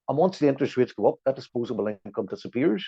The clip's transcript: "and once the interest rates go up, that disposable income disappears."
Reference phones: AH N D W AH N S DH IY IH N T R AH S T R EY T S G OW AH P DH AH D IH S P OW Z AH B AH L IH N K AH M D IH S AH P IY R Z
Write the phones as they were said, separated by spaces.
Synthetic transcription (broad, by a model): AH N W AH N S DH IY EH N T AH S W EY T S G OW AH P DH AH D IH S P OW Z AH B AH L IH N K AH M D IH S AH P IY R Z